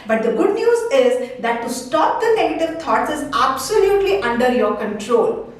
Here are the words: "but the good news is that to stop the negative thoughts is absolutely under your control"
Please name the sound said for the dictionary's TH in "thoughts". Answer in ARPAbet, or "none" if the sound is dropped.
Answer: T